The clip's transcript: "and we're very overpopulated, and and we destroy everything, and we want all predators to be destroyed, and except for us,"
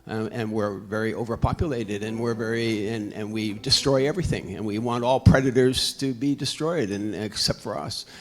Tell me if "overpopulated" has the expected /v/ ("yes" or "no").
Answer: yes